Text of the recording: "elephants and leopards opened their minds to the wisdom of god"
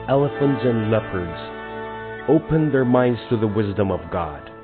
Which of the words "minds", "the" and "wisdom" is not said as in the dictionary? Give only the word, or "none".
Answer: none